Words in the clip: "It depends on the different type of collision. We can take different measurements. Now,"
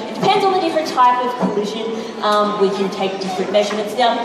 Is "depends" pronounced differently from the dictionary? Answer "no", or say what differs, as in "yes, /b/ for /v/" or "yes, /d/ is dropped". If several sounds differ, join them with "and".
no